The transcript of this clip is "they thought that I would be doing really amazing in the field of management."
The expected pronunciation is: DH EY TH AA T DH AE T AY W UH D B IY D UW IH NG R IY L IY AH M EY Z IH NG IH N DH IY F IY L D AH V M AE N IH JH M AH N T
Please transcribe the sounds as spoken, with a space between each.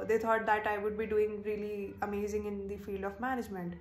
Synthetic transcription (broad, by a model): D EY T AA T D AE T AY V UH D B IY D UW IH NG R IY L IY AH M EY Z IH NG IH N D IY F IY L D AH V M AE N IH JH M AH N T